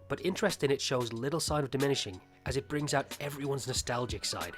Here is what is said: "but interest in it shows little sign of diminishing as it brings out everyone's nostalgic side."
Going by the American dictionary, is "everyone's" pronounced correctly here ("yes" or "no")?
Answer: yes